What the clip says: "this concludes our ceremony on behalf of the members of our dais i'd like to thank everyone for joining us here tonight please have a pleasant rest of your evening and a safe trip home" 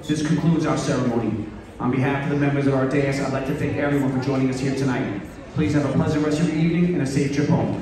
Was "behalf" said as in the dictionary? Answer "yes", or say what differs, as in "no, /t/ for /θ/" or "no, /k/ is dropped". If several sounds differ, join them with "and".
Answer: yes